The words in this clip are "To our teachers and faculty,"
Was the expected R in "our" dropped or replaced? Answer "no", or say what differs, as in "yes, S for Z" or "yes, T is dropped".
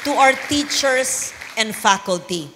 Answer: yes, W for R